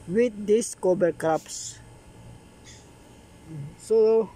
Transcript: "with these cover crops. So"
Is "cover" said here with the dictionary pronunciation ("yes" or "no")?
no